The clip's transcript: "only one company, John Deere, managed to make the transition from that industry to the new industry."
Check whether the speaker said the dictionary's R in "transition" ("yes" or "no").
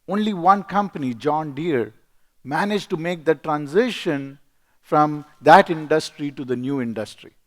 yes